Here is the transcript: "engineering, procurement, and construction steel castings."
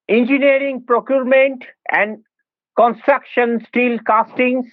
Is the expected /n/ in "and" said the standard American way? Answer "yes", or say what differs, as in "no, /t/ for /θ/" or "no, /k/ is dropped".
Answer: yes